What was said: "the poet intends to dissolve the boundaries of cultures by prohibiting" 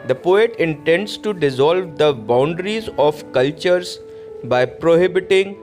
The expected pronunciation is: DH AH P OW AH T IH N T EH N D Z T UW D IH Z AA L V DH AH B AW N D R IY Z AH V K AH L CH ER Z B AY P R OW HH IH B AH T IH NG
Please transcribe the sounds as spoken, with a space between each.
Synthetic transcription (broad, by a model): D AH P OW AH T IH N T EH N D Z T UW D IH Z AA L V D AH B AW N D R IY Z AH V K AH L CH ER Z B AY P R OW HH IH B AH T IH NG